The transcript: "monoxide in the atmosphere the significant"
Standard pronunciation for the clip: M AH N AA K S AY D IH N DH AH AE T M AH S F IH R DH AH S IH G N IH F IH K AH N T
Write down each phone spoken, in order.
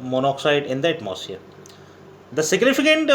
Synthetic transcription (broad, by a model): M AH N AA K S AY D IH N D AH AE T M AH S IH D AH S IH G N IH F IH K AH N T